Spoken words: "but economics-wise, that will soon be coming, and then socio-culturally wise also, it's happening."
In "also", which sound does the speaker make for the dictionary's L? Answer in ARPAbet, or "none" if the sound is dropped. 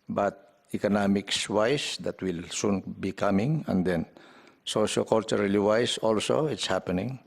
L